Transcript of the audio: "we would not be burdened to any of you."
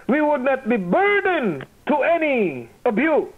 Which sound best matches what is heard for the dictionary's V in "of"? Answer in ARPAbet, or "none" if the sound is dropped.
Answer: B